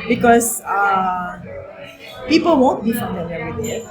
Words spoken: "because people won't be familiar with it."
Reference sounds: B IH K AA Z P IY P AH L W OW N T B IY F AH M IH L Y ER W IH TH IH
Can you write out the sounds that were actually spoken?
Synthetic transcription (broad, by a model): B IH K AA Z P IY P AH L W OW N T B IY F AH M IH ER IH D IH